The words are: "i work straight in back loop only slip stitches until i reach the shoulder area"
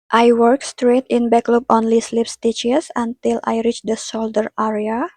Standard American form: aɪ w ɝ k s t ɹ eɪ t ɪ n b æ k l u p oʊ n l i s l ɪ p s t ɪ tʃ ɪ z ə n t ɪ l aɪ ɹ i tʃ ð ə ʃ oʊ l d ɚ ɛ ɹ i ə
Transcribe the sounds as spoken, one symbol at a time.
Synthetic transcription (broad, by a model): aɪ w ɝ k s t ɹ eɪ t ɪ n b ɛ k l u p oʊ n l i s l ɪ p s t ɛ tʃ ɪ s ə n t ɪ l aɪ ɹ i tʃ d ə s oʊ l d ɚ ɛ ɹ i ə